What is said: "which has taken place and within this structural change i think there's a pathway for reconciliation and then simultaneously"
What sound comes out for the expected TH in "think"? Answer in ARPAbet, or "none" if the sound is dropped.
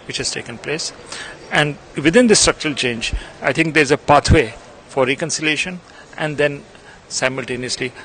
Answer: T